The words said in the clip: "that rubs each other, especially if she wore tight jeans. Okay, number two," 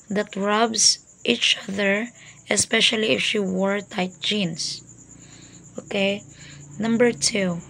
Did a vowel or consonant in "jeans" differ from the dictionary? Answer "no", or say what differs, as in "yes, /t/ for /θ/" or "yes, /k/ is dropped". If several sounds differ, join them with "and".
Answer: yes, /s/ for /z/